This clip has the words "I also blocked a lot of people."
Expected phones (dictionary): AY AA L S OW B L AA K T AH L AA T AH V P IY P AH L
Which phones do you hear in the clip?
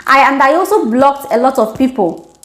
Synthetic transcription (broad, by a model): AY AA L S OW B L AA K T AH L AA T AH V P IY P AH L